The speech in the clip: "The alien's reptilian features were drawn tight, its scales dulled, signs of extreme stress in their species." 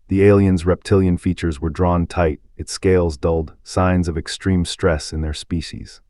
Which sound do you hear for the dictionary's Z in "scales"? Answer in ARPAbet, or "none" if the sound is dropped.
Z